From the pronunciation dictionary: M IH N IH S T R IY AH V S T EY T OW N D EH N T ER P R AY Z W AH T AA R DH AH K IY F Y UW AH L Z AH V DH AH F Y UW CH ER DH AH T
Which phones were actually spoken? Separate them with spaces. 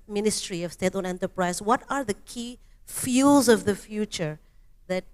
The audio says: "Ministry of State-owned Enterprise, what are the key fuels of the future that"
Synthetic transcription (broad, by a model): M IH N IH S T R IY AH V S T EY T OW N EH N T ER P R AY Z W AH T AA R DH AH K IY F Y UW L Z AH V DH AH F Y UW CH ER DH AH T